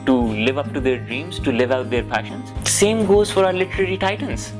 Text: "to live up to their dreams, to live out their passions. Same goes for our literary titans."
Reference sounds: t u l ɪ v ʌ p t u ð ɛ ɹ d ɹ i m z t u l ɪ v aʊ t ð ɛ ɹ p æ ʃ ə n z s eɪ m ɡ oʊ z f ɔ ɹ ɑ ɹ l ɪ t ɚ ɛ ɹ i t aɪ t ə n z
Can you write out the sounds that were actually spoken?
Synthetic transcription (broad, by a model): t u l ɪ v ʌ p t u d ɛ ɹ d ɹ i m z t u l ɪ v aʊ t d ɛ ɹ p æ ʃ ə n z s eɪ m ɡ oʊ z f ɔ ɹ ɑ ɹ l ɪ t ɚ ɛ ɹ i t aɪ t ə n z